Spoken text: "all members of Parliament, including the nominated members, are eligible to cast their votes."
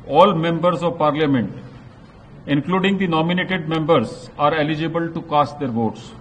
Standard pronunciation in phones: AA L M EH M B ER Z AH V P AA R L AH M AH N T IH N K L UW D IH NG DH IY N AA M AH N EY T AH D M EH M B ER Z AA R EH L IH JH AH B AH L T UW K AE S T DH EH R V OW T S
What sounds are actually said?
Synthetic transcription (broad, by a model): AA L M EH M B ER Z AH V P AA R L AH M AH N T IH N K L UW D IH NG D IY N AA M AH N EY T AH D M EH M B ER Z AA R EH L IH JH AH B AH L T UW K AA S T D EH R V OW T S